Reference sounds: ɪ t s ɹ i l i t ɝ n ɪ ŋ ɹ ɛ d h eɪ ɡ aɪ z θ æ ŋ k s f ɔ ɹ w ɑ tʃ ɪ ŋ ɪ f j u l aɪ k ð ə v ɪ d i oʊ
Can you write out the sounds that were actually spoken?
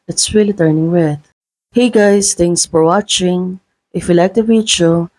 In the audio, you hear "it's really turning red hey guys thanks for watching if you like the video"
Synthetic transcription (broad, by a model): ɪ t s ɹ i l i t ɝ n ɪ ŋ w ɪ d h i ɡ aɪ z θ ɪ ŋ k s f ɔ ɹ w ɑ tʃ ɪ ŋ ɪ f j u l aɪ k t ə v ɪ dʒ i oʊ